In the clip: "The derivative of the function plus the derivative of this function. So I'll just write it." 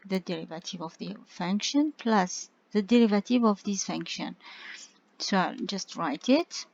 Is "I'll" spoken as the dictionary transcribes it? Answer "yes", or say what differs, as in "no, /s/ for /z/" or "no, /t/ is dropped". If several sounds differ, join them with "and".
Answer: yes